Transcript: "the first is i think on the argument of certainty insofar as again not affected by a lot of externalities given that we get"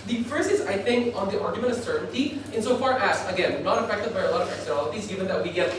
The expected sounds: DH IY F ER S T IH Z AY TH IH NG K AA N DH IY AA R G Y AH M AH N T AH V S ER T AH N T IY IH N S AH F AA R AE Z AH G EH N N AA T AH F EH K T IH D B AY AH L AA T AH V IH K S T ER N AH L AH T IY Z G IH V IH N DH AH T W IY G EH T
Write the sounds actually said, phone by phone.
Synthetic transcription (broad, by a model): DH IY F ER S IH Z AY TH IH NG K AA N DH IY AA R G Y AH M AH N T AH V S ER T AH N T IY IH N S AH F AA R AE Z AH G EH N N AA T AH F EH K T IH D B AY AH L AA T AH V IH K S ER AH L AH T IY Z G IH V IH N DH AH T W IY G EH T